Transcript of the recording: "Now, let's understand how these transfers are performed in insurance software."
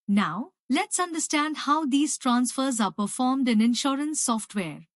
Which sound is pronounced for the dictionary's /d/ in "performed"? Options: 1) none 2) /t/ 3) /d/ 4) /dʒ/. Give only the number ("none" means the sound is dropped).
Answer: 3